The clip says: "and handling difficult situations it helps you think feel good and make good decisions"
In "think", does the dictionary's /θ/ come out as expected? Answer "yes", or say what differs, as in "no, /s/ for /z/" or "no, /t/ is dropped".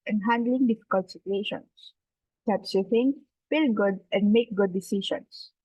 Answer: no, /f/ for /θ/